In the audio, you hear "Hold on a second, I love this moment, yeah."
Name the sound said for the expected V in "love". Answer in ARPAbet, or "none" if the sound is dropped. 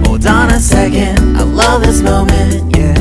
V